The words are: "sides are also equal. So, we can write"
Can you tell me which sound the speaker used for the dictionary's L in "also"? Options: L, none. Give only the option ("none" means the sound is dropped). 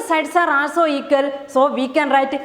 none